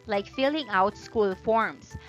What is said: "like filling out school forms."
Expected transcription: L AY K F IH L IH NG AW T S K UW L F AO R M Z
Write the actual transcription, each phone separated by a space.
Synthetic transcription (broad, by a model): L AY K F IH L IH NG AW T S K UW L F AO R M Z